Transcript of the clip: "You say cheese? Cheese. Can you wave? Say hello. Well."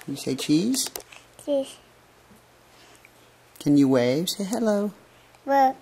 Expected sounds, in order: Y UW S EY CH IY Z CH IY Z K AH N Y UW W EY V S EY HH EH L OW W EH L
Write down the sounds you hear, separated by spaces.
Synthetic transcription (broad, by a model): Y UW S EY CH IY Z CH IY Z K AH N Y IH W EY V S EY HH EH L OW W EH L